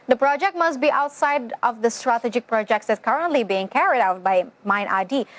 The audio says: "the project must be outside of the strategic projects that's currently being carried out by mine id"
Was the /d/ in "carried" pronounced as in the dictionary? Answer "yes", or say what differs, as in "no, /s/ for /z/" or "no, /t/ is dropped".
yes